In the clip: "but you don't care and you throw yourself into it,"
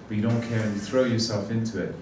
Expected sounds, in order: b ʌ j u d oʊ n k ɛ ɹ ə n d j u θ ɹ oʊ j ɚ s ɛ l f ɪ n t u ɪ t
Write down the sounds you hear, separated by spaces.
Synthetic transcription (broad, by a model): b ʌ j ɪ d oʊ n k ɛ ɹ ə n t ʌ θ ɹ oʊ j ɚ s ɛ l f ɪ n t u ɪ t